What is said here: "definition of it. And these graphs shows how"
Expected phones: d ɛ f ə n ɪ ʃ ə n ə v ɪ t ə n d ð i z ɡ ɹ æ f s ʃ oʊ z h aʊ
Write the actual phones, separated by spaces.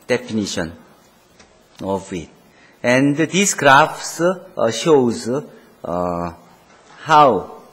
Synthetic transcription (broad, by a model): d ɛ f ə n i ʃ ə n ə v ɪ t ə n d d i s ɡ ɹ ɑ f s ʃ oʊ z h aʊ